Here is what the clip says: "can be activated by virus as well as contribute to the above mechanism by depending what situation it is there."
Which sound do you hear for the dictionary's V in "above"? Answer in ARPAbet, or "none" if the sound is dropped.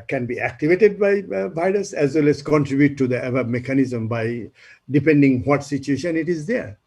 B